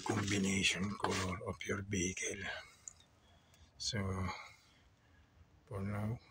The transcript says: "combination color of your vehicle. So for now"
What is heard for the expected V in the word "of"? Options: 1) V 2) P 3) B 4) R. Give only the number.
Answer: 2